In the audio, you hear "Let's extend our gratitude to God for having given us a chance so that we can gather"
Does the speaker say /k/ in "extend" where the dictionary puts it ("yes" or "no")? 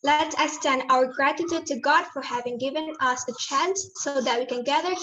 no